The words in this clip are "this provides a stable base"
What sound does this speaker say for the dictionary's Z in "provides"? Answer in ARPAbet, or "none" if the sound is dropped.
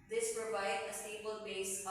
none